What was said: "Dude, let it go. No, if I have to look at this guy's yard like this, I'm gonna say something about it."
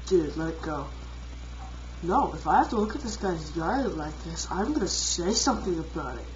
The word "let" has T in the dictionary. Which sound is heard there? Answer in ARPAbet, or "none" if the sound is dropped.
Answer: none